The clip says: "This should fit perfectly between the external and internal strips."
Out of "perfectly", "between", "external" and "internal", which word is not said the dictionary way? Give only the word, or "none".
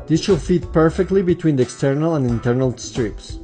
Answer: none